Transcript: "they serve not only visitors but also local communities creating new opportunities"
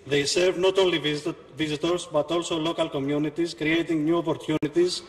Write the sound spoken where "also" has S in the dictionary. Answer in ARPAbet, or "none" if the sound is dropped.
S